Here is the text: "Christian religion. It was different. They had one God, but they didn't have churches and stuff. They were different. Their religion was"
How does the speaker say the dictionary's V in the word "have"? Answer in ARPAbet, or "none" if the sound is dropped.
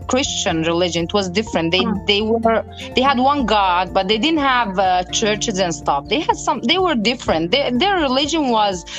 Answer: V